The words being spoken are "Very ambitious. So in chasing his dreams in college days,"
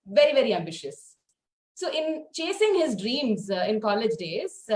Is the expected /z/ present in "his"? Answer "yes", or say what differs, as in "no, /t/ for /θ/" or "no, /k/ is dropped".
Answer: yes